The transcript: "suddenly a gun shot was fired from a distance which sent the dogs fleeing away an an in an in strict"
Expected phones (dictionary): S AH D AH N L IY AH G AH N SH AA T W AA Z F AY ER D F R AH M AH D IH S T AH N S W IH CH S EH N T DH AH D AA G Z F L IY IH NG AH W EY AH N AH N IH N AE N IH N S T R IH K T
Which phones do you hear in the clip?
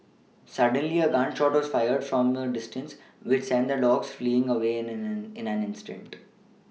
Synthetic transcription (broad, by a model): S AH D AH N L IY AH G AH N SH AA T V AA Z F AY ER D F R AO M AH D IH S T AH N S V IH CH S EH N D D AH D AA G S F L IY IH NG AH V EY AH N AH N IH N AE N IH N S T IH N T